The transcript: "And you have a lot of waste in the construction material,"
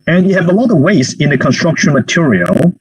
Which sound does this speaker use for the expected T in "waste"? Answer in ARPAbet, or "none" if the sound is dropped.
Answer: none